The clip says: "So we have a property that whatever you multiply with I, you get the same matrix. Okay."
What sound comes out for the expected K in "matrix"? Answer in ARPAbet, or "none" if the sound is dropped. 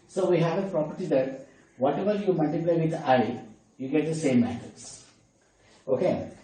none